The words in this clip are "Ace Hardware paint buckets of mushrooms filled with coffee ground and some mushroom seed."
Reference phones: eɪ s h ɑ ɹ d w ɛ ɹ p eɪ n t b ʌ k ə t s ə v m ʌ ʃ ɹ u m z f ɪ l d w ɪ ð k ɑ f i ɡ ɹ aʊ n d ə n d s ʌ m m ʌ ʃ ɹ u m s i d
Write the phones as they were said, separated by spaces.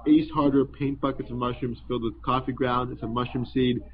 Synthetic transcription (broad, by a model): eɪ s h ɑ ɹ d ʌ ɹ p eɪ n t b ʌ k ə t s ə v m ʌ ʃ u m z f ɪ l d w ɪ ð k ɑ f i ɡ ɹ aʊ n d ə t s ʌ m m ʌ ʃ u m s i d